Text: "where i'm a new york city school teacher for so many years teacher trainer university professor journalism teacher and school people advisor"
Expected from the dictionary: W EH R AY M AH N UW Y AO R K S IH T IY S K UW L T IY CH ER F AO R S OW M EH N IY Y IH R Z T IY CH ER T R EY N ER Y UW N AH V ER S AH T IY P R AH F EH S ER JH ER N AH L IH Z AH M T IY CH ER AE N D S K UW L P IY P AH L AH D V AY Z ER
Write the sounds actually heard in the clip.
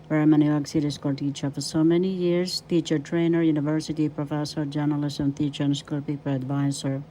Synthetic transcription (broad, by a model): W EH R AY M AH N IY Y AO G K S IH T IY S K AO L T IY CH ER F AO R S OW M EH N IY Y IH R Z T IY CH ER T R EY N ER Y UW N AH V ER S AH T IY P R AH F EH S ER JH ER N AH L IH S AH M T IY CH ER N S K UW L P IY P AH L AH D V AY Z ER